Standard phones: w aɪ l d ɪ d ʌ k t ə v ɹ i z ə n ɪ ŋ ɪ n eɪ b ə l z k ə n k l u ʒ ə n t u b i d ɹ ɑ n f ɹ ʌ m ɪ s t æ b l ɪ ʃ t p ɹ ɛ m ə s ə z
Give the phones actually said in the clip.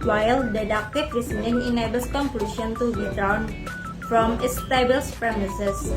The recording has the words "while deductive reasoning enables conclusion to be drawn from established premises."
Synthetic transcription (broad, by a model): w aɪ l d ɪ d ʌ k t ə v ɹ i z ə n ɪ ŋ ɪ n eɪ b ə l s k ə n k l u ʃ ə n t u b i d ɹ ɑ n f ɹ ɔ m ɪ s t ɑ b ɪ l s p ɹ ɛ m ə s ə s